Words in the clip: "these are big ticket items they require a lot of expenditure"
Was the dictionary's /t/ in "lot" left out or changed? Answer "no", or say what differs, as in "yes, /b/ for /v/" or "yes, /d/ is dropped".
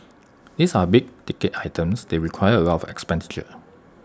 yes, /t/ is dropped